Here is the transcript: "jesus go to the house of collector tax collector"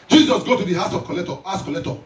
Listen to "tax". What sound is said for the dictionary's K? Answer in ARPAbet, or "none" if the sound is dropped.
none